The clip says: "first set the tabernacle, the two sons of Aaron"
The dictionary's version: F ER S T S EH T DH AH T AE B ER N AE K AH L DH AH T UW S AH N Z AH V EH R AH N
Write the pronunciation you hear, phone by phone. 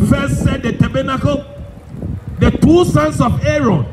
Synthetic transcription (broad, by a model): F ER S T S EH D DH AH T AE B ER N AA K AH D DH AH T UW S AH N S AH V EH R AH N